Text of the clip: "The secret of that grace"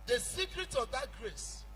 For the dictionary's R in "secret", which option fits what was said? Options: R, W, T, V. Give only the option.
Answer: R